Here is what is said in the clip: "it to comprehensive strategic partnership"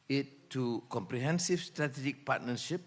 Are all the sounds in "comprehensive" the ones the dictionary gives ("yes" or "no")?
no